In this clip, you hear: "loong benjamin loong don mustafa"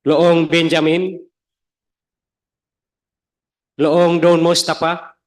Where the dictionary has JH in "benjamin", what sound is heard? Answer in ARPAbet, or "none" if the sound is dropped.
JH